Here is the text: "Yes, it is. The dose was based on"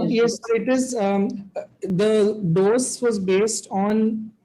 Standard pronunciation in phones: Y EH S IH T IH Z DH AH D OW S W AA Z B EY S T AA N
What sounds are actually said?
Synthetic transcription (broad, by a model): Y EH S IH T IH Z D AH D OW S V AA Z B EY S T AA N